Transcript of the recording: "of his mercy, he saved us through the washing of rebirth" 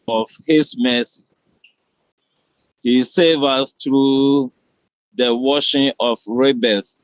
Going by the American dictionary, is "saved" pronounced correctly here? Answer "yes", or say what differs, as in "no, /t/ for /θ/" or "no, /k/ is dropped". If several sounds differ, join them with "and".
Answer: no, /d/ is dropped